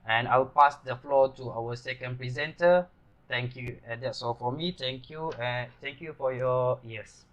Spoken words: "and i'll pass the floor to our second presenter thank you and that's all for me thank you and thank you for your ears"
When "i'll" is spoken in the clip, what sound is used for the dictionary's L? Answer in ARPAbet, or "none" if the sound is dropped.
W